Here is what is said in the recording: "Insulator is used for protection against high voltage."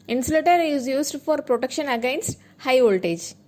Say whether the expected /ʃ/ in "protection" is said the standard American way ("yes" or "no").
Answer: yes